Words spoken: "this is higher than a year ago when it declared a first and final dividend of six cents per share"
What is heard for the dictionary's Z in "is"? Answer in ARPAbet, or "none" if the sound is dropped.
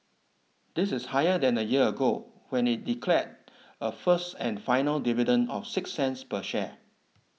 S